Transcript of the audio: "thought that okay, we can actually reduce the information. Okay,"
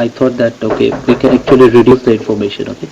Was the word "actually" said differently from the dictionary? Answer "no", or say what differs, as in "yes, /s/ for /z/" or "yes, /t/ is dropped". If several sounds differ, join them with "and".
no